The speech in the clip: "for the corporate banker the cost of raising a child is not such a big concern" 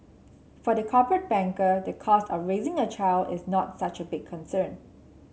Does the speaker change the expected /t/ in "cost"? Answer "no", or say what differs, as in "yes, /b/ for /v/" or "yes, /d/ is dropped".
no